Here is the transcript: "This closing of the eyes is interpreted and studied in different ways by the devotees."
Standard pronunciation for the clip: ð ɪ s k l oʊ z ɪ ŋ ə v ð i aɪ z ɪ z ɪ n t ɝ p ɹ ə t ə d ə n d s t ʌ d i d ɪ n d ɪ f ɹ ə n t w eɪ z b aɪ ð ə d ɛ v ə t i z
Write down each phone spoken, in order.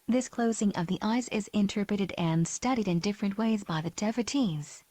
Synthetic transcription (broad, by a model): ð ɪ s k l oʊ z ɪ ŋ ə v ð i aɪ z ɪ z ɪ n t ɝ p ɹ ə t ə d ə n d s t ʌ d i d ɪ n d ɪ f ɹ ə n t w eɪ z b aɪ ð ə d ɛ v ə t i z